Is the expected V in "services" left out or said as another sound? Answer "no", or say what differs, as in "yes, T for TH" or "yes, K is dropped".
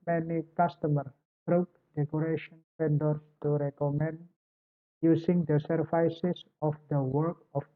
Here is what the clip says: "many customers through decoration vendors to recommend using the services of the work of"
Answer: yes, F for V